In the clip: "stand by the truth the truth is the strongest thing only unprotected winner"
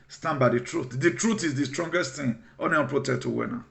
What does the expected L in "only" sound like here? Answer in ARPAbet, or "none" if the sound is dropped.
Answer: none